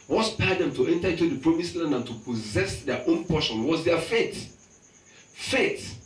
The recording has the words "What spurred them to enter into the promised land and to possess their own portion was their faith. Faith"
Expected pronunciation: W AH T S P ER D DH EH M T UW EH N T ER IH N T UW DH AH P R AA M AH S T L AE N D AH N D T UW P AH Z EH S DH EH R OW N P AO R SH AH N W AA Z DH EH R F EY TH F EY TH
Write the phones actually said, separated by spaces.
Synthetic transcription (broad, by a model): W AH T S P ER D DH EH M T UW EH N T ER IH N T UW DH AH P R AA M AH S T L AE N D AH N T UW P AH Z EH S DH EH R OW N P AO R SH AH N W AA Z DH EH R F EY T F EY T